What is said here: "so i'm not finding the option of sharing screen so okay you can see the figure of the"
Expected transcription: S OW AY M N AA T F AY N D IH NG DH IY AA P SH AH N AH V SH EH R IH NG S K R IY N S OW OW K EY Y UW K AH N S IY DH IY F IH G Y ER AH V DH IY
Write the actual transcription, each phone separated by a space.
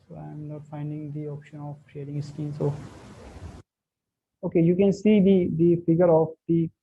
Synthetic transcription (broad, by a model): S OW AY M N AA T F AY N D IH NG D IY AA P SH AH N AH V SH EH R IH NG S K IY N S OW OW K EY Y UW K AH N S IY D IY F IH G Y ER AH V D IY